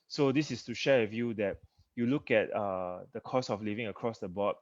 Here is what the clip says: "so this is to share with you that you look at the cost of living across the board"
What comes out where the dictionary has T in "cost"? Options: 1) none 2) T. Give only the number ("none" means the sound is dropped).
1